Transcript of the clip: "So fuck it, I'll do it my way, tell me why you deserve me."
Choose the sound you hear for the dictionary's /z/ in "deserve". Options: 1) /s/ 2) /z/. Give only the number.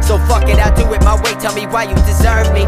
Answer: 2